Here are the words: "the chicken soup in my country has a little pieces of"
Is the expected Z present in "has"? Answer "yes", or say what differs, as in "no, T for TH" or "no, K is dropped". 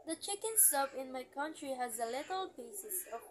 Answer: yes